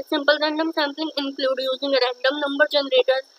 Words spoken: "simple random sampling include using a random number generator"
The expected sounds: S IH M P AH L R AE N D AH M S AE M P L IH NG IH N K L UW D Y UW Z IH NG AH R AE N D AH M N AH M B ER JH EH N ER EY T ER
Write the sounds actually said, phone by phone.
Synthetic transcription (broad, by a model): S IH M P AH L R AE N D AH M S AE M P L IH NG IH N K L UW D Y UW Z IH NG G R AE N D AH M N AH M B ER JH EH N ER EY T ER